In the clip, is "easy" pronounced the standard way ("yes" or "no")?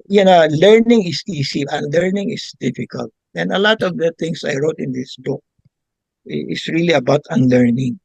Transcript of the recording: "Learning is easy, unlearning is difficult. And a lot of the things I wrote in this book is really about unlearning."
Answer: no